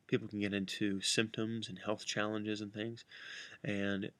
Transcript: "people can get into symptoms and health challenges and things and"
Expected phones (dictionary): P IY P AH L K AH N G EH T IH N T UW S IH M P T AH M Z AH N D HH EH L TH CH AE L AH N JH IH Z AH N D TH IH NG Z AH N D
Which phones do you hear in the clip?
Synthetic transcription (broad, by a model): P IY P L K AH N G EH T IH N T UW S IH M P T AH M Z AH N HH EH L TH CH AE L AH N JH IH Z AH N TH IH NG Z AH N